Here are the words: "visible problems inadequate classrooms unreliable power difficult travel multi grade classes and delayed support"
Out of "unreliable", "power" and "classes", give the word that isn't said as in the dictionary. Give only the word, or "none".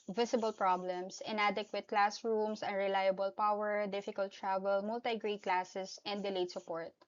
classes